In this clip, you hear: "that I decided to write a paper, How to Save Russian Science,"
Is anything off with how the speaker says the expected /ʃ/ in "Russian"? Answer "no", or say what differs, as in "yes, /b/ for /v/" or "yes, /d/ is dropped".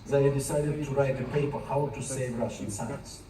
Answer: no